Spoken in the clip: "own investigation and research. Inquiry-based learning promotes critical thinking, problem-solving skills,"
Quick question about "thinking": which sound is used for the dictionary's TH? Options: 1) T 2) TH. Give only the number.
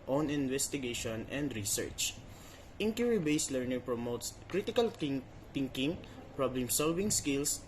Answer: 1